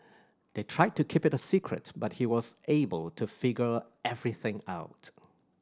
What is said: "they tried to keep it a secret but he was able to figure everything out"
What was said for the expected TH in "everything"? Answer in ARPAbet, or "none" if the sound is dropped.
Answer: TH